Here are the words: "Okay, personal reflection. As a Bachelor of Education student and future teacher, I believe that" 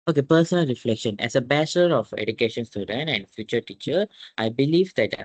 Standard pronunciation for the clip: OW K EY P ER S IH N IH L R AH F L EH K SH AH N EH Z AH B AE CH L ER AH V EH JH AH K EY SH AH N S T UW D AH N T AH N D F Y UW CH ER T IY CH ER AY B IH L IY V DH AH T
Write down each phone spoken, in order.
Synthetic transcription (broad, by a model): OW K EY P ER S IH N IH L R AH F L EH K SH AH N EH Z AH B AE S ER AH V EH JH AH K EY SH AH N S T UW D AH N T AH N D F Y UW CH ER T IY CH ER AY B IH L IY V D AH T